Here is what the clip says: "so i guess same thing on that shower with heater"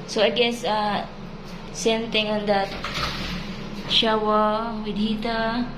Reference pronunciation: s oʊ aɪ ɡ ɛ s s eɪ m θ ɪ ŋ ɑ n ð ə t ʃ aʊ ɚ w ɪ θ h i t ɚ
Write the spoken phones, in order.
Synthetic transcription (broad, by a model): s oʊ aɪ ɡ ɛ s s eɪ m t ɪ ŋ ɑ n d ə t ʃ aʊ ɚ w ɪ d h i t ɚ